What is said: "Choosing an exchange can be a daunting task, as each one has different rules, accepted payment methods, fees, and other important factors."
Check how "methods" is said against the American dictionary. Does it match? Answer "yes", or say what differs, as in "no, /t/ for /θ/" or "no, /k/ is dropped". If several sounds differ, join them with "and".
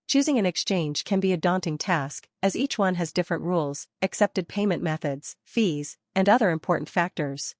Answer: yes